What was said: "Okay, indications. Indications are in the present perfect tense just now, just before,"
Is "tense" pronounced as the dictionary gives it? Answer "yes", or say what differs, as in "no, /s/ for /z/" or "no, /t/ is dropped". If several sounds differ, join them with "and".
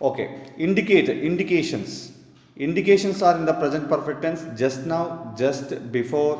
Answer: yes